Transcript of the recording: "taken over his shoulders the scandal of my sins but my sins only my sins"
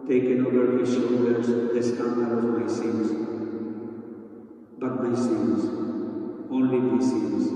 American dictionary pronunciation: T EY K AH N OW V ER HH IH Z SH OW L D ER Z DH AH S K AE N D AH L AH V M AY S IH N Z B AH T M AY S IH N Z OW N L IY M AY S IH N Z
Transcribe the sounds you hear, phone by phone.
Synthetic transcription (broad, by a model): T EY K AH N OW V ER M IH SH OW D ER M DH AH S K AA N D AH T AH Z M AY S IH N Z B AH T M AY S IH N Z OW N L IY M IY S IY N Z